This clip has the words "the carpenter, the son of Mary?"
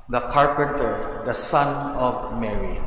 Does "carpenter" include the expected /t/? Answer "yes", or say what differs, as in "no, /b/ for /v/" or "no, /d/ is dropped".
yes